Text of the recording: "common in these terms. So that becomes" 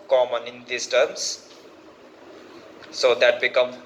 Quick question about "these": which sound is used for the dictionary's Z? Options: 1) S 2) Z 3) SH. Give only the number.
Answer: 1